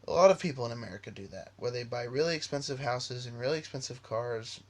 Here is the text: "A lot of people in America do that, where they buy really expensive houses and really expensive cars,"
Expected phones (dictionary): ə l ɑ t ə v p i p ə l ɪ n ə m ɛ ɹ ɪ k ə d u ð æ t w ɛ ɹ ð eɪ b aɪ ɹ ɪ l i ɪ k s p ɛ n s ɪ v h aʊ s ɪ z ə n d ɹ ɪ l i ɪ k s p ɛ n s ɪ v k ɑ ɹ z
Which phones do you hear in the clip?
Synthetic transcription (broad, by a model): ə l ɑ t ə v p i p l ɪ n ə m ɛ ɹ ɪ k ə d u ð æ t w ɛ ɹ ð eɪ b aɪ ɹ ɪ l i ɪ k s p ɛ n s ɪ v h aʊ s ɪ z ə n ɹ ɪ l i ɪ k s p ɛ n s ɪ v k ɑ ɹ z